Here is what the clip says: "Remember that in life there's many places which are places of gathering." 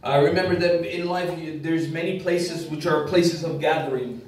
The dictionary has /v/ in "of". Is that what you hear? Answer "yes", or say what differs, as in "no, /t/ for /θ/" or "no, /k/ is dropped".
yes